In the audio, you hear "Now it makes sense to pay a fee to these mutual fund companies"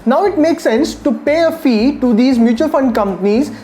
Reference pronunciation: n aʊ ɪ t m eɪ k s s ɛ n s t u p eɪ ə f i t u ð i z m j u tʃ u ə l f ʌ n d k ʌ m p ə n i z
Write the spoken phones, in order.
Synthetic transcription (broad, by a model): n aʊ ɪ t m eɪ k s s ɛ n s t u p eɪ ə f i t u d i z m j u tʃ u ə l f ʌ n d k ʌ m p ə n i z